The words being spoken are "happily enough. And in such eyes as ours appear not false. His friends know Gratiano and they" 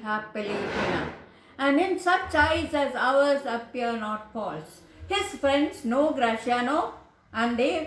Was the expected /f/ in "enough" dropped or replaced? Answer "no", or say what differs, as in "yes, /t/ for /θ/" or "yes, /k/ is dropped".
yes, /f/ is dropped